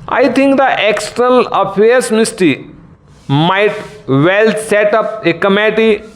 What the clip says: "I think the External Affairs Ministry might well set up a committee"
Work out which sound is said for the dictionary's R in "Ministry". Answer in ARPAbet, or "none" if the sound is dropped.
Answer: none